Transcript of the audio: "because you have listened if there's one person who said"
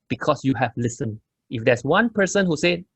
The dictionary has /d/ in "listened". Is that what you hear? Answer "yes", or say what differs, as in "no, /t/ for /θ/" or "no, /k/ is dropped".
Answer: no, /d/ is dropped